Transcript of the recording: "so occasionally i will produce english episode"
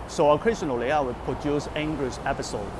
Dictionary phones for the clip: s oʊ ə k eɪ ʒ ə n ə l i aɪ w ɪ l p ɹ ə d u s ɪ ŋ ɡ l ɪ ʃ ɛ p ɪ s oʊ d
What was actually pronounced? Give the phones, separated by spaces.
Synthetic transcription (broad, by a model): s oʊ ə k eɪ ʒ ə n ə l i aɪ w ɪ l p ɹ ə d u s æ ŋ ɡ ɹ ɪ s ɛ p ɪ s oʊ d